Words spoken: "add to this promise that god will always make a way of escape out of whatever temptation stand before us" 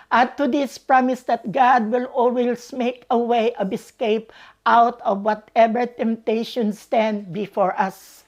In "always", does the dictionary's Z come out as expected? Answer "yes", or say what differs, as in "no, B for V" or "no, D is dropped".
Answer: no, S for Z